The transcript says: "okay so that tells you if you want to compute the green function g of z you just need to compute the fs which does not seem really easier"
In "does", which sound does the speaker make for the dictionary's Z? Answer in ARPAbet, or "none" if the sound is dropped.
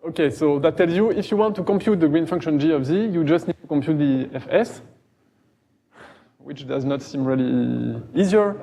Z